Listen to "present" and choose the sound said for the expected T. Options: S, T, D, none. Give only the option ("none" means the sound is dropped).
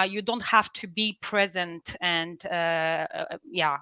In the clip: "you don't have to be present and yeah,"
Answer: T